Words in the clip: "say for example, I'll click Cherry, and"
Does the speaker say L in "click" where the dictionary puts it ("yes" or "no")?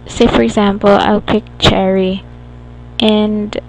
no